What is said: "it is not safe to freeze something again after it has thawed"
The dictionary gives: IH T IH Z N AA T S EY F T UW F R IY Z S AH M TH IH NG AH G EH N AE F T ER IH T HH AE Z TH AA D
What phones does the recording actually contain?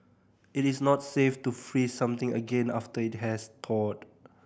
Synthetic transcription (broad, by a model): IH T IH S N AA T S EY F T UW F R IY S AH M T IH NG AH G EH N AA F T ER IH T HH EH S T AA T